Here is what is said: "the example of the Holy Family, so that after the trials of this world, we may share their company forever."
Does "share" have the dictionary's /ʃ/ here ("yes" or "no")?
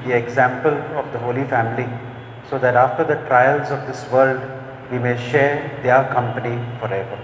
yes